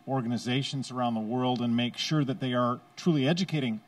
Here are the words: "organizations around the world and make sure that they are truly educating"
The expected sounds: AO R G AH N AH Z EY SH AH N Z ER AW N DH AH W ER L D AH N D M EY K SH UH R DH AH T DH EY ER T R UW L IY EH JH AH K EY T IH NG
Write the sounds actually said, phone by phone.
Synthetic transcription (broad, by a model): AO R G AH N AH Z EY SH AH N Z ER AW N DH AH W ER L D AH N M EY K SH UH R DH AH T DH EY ER T R UW L IY EH JH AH K EY T IH NG